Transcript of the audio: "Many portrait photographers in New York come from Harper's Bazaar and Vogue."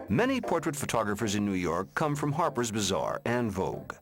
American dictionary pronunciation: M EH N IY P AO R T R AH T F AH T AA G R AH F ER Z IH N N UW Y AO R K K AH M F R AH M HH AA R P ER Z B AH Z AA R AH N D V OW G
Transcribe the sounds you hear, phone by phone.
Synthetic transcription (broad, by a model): M EH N IY P AO R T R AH T F AH T AA G R AH F ER Z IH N N UW Y AO R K K AH M F R AH M HH AA R P ER Z B AH Z AA R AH N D V OW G